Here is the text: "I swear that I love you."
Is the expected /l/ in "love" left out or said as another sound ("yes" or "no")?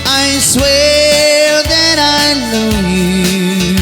yes